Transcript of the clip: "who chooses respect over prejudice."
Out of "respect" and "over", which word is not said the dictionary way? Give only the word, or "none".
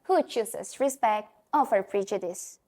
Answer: over